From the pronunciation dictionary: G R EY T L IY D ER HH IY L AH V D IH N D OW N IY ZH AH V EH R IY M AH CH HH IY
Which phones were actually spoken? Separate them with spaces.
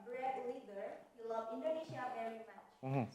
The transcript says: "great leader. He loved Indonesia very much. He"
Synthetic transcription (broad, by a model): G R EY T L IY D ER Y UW L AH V IH N D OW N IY SH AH V EH R IY M AH CH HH